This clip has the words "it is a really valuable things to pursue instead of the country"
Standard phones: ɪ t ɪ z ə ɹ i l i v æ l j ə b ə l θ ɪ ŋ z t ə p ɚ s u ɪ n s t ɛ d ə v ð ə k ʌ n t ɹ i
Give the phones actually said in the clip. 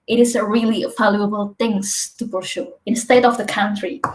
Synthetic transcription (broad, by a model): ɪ t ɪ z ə ɹ i l i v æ l j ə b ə l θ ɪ ŋ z t ə b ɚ ʃ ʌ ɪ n s t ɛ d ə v ð ə k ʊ n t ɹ i